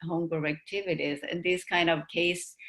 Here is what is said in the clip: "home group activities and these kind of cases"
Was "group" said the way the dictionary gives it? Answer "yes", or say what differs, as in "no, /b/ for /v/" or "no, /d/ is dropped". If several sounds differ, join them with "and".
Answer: no, /ɹ/ is dropped